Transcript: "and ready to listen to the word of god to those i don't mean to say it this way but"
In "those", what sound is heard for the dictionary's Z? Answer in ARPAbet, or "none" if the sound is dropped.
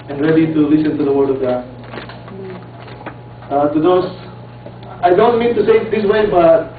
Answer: S